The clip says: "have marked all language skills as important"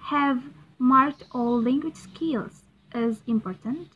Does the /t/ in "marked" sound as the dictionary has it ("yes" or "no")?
yes